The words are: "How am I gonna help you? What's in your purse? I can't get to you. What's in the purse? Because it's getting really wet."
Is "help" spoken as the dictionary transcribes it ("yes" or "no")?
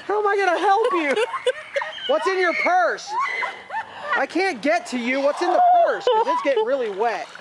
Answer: yes